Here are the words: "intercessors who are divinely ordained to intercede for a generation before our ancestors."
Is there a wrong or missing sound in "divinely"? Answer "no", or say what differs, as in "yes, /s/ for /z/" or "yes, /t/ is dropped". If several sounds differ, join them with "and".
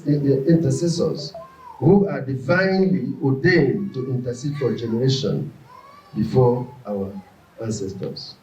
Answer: no